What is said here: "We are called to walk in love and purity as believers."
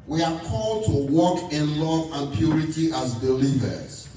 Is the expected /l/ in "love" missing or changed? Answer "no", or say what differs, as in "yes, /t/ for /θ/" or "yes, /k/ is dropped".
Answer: no